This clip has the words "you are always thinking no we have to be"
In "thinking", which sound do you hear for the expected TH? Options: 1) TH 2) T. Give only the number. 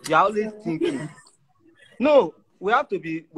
2